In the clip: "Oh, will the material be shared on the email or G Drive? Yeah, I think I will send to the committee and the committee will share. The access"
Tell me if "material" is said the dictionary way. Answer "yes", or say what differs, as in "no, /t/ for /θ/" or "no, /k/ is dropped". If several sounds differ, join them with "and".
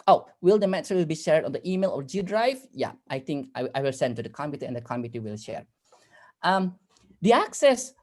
no, /w/ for /ɹ/